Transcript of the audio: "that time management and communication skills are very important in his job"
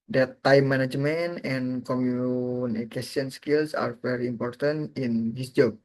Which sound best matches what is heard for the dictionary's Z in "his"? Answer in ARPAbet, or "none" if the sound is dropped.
S